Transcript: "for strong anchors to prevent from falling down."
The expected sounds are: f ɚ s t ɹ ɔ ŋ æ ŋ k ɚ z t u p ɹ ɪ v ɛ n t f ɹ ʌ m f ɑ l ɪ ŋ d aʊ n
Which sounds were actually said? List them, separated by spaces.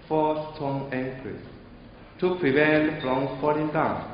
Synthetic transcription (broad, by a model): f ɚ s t ɔ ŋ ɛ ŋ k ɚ s t u p ɹ ɪ v ɛ n t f ɹ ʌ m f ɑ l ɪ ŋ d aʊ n